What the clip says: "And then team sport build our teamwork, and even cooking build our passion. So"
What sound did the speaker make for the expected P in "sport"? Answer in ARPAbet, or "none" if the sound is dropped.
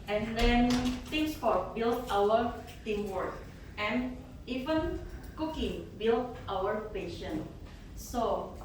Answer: F